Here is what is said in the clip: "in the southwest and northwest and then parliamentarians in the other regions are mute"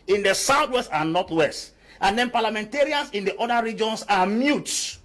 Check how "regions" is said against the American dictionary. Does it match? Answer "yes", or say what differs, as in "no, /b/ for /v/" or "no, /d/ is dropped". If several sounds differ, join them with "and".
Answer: no, /s/ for /z/